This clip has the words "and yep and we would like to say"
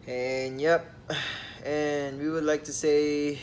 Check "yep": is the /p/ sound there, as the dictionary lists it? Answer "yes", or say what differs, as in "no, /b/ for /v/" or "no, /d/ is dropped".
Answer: yes